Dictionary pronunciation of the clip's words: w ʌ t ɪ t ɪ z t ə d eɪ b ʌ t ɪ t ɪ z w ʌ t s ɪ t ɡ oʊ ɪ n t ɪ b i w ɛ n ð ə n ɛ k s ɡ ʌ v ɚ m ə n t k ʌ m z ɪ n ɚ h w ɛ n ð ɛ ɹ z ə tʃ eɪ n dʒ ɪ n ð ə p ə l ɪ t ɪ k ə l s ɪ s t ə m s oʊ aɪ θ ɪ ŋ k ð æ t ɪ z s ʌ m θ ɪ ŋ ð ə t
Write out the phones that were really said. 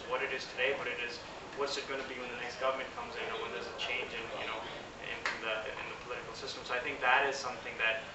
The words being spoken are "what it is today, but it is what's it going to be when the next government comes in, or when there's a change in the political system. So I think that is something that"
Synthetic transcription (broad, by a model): w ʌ t ɪ t ɪ z t ə d eɪ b ʌ t ɪ t ɪ z w ʌ t s ɪ t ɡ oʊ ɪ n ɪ b i w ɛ n ð ə n ɛ k s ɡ ʌ v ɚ m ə n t k ʌ m z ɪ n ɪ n w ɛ n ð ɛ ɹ z ə tʃ eɪ n dʒ ɪ n ð ə p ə l ɪ t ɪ k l s ɪ s t ə m s oʊ aɪ θ ɪ ŋ k ð æ t ɪ z s ʌ m θ ɪ ŋ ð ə t